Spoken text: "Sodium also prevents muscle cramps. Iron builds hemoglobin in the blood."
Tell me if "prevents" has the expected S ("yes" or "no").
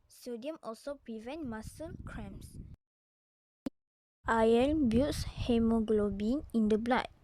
no